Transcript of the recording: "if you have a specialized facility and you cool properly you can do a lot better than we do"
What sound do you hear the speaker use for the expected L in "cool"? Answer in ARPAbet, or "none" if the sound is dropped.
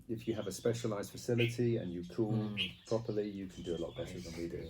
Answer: N